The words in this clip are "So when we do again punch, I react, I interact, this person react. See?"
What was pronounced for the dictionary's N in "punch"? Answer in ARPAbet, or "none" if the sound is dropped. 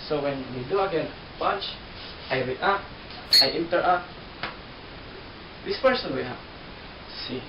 none